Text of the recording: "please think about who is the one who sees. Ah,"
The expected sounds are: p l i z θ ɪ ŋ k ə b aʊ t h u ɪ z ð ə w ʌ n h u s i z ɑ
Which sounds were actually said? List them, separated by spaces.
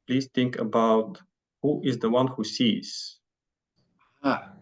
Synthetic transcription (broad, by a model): p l i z θ ɪ ŋ k ə b aʊ t h u ɪ z ð ə w ʌ n h u s i z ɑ